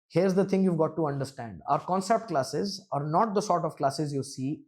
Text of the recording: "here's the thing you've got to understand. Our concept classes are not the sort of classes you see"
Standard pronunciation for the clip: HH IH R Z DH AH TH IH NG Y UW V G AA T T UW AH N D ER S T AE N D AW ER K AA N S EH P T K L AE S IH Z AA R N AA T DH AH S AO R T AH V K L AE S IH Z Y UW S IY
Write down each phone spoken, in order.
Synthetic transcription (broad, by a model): HH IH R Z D AH T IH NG Y UW V G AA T T UW AH N D ER S T AE N D AW ER K AA N S EH P T K L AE S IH Z AA R N AA T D AH S AO R T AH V K L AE S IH Z Y UW S IY